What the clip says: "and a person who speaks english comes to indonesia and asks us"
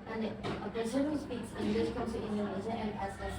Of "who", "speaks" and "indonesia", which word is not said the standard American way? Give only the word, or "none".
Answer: indonesia